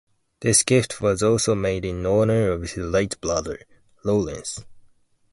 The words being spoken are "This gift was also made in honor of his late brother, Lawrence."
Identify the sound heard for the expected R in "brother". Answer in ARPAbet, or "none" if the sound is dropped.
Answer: L